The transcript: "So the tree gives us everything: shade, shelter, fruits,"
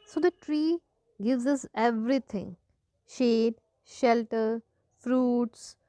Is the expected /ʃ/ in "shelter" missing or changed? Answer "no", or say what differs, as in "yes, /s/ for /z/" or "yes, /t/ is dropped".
no